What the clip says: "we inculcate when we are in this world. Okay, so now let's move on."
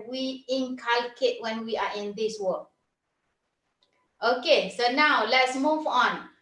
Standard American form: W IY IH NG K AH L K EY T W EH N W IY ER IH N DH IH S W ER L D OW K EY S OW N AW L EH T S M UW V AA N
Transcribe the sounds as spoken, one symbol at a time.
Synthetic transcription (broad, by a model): W IY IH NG K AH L K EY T W EH N W IY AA IH N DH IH S W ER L OW K EY S OW N AW L EH T S M UW V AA N